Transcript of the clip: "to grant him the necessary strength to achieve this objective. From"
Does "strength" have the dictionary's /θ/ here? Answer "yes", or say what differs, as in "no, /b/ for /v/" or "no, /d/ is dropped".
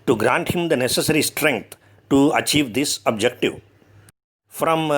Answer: no, /t/ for /θ/